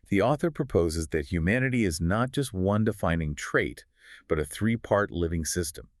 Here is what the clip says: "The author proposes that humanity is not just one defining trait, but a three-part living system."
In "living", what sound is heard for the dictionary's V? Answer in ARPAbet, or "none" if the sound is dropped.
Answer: V